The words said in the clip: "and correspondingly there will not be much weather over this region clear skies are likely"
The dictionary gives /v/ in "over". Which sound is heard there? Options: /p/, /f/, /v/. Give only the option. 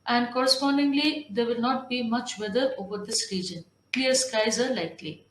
/v/